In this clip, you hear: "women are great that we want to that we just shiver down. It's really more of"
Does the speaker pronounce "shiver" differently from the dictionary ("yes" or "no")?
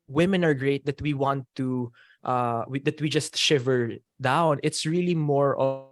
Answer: no